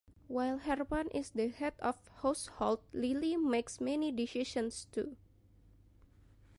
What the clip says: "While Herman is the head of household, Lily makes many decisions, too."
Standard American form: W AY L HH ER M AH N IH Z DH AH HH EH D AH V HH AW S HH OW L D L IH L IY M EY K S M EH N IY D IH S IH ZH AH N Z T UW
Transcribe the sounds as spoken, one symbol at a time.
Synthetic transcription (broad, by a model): W AY L HH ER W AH N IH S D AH HH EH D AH F HH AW S HH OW L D L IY L IY M EY K S M EH N IY D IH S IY SH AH N S T UW